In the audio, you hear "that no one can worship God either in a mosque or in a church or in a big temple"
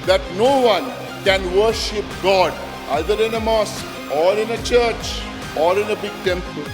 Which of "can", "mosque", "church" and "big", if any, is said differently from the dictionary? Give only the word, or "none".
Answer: mosque